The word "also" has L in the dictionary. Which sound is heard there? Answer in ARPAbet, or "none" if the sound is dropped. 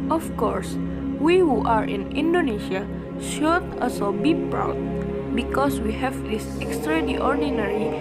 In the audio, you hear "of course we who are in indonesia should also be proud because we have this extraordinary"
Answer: none